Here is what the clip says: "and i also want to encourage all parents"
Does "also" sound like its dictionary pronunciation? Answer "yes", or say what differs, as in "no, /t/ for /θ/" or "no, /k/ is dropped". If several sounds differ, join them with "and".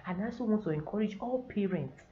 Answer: no, /l/ is dropped